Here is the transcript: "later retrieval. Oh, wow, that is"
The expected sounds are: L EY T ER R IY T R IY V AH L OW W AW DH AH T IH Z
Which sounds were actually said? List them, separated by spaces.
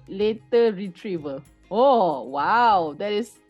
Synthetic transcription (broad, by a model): L EY T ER R IY T R IY V AH L OW W AW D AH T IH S